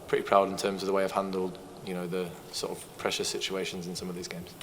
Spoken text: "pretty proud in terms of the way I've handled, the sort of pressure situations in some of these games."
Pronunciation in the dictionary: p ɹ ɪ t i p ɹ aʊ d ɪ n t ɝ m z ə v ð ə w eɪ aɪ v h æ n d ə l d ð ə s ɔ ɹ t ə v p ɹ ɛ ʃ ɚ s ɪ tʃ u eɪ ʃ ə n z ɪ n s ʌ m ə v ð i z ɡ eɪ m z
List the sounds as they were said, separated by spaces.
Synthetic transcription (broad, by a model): p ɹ ɪ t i p ɹ aʊ d ɪ n t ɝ m z ə v ð ə w eɪ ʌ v h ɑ n d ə l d ð ə s ɔ t ə v p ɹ ɛ ʃ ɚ s ɪ tʃ u eɪ ʃ ə n z ɪ n s ʌ m ə v ð i z ɡ eɪ m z